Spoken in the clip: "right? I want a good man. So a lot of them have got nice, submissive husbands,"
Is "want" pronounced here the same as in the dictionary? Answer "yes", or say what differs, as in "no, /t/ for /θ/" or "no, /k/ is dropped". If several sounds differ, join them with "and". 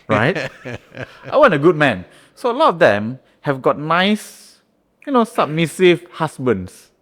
no, /t/ is dropped